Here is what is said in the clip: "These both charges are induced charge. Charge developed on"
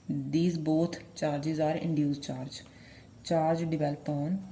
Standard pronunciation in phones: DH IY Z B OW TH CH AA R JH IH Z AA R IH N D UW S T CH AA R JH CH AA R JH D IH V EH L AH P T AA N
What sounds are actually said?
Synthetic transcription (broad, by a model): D IY Z B OW T CH AA R JH IH Z AA R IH N D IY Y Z CH AA R JH CH AA R JH D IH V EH L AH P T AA N